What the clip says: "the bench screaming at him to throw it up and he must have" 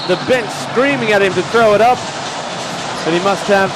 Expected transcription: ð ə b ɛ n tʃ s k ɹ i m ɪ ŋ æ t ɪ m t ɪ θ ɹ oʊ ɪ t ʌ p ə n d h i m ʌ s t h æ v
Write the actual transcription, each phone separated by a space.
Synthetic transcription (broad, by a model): ð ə b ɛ n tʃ s k ɹ i m ɪ ŋ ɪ t ɪ m t ɪ θ ɹ oʊ ɪ t ʌ p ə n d h i m ʌ s t h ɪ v